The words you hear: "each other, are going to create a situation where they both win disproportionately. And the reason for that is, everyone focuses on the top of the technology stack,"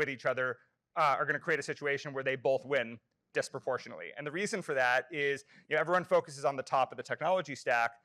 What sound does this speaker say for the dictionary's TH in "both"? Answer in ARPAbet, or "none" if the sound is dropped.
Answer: TH